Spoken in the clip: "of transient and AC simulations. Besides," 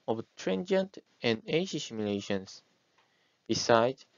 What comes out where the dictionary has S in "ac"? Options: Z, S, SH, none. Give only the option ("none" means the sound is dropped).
SH